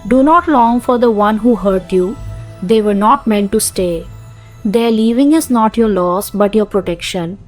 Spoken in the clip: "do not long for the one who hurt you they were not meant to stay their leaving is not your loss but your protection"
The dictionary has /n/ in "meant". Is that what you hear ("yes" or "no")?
yes